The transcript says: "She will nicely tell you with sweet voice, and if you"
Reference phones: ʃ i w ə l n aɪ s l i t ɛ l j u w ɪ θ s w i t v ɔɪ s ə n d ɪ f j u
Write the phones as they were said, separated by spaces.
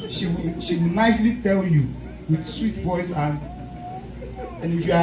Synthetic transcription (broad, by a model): ʃ i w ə w n aɪ s l i t ɛ l j u w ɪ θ s w i t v ɔɪ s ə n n ɪ f j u